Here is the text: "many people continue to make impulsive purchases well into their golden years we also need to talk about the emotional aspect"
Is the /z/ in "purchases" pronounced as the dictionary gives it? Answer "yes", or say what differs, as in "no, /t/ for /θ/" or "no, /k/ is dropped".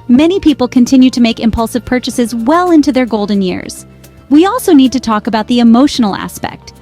yes